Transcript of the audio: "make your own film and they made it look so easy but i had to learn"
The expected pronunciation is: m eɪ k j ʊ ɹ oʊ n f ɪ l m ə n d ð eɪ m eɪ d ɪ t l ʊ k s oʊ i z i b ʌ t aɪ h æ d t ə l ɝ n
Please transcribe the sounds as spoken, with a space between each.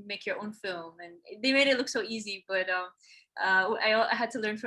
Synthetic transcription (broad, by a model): m eɪ k j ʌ ɹ oʊ n f ɪ l m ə n ð eɪ m eɪ d ɪ t l ʊ k s oʊ i z i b ʌ t aɪ h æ d t ə l ɝ n